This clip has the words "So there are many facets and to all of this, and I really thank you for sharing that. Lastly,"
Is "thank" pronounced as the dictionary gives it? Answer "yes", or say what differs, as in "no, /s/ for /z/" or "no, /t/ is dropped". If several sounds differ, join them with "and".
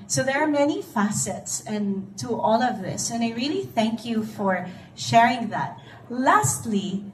yes